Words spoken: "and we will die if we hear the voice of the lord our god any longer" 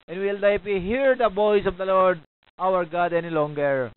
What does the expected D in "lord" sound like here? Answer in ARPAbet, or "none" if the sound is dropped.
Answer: D